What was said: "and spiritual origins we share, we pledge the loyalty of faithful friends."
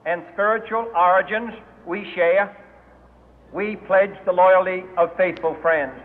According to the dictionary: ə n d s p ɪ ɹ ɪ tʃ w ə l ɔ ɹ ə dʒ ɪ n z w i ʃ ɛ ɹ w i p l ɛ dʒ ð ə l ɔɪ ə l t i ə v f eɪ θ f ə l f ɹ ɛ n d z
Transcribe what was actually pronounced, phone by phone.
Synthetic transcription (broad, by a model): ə n s p ɪ ɹ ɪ tʃ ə l ɔ ɹ ə dʒ ɪ n z w i ʃ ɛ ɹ w i p l ɛ dʒ ð ə l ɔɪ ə l t i ə v f eɪ θ f ə l f ɹ ɛ n d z